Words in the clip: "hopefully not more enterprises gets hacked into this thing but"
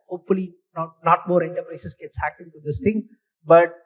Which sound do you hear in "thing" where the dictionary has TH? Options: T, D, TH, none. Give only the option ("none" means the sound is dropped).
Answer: T